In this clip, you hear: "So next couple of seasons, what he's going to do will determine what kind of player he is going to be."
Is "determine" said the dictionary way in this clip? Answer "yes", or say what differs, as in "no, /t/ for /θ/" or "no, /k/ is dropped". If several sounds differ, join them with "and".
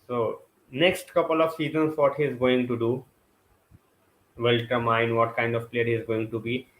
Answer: no, /m/ is dropped